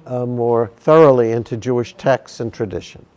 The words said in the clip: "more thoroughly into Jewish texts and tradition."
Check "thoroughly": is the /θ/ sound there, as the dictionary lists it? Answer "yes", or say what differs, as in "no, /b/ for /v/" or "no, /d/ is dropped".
yes